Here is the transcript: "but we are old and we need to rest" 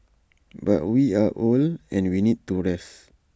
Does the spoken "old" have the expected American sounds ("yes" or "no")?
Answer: no